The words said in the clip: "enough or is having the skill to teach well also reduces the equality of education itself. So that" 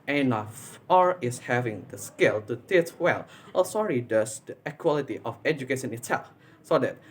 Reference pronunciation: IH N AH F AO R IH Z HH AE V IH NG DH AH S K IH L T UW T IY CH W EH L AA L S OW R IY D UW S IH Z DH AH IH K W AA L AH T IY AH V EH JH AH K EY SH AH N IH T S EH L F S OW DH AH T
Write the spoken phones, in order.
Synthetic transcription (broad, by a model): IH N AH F AO R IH S HH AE V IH NG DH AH S K IH L T UW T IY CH W EH L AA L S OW R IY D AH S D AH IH K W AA L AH T IY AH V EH JH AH K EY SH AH N IH T S EH L F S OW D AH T